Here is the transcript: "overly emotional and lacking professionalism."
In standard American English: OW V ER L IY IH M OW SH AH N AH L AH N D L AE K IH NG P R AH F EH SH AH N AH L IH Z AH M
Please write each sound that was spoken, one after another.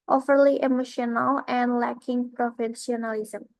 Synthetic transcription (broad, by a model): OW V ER L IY IH M OW SH AH N AH L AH N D L AE K IH NG P R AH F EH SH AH N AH L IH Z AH M